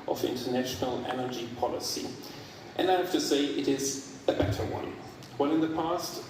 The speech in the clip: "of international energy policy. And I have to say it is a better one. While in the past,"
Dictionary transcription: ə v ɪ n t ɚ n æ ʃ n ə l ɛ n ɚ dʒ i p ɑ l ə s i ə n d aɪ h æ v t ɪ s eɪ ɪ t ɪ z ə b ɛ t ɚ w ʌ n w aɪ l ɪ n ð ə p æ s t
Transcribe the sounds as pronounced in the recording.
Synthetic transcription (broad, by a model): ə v ɪ n t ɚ n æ ʃ n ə l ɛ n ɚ dʒ i p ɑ l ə s i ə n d aɪ h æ f t ɪ s eɪ ɪ t ɪ z ə b ɛ t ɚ w ʌ n w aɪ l ɪ n ð ə p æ s t